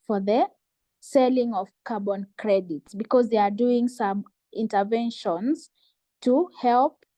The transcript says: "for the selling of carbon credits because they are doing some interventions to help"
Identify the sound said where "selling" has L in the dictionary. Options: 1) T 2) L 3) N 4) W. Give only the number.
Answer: 2